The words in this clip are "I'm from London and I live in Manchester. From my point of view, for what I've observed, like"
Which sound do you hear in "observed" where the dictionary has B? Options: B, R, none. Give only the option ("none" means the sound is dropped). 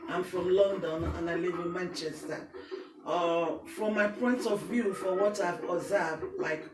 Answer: none